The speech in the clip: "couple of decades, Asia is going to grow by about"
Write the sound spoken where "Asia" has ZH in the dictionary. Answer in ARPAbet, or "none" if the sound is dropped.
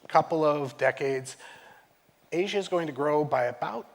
ZH